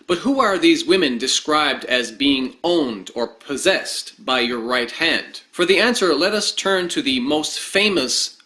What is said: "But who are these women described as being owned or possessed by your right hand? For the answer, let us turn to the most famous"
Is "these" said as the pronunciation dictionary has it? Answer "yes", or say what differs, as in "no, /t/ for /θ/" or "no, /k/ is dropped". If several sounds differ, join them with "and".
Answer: yes